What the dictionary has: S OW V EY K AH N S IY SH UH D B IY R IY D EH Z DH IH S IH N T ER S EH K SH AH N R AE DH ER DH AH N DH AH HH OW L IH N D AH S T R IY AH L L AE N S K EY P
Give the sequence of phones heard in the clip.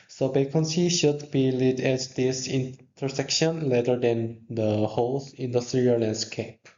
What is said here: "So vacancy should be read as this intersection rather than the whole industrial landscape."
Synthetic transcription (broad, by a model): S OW B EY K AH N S IY SH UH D B IY L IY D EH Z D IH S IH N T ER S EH K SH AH N L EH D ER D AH N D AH HH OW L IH N D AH S T R IY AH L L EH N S K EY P